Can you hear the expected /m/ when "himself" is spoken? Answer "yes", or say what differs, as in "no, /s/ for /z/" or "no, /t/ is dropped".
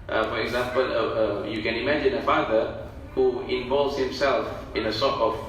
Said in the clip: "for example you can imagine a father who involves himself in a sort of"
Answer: yes